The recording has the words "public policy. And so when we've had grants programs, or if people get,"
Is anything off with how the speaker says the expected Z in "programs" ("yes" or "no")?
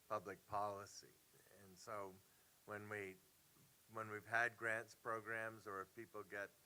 no